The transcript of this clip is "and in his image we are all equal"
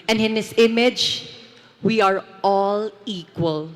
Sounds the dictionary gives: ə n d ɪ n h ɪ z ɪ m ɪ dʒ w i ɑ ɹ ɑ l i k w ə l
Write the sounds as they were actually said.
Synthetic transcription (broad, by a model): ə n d ɪ n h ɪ s ɪ m ɪ dʒ w i ɑ ɹ ɑ l i k w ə l